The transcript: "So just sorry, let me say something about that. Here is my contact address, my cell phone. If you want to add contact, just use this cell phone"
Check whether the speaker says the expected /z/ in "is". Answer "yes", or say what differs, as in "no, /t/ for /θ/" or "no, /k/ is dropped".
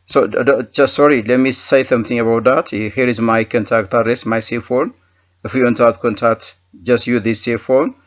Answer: yes